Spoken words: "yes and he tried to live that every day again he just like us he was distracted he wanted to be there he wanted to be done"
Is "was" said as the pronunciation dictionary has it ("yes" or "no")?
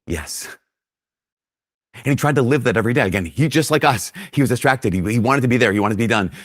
yes